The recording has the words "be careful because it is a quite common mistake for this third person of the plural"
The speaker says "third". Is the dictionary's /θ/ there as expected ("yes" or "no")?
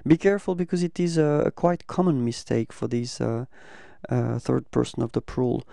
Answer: yes